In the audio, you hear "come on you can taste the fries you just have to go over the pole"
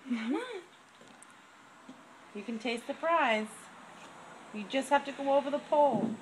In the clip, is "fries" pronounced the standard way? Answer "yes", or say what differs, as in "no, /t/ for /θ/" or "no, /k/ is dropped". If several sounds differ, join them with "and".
no, /p/ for /f/